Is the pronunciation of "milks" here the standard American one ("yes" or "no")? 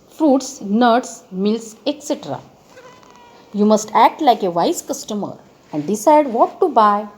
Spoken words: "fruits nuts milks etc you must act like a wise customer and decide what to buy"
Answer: no